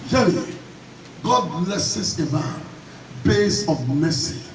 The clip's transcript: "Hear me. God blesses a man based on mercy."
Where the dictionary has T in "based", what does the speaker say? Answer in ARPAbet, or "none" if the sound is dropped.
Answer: none